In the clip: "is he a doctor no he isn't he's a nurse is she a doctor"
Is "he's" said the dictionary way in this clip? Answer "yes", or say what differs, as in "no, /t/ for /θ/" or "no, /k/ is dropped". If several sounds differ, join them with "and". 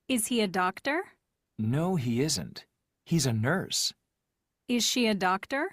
yes